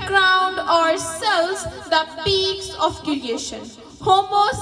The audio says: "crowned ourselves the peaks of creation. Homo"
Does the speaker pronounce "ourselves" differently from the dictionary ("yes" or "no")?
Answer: yes